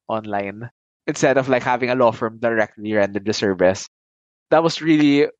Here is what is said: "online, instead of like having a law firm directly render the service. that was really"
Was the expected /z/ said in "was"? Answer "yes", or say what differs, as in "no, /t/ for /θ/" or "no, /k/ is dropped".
no, /s/ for /z/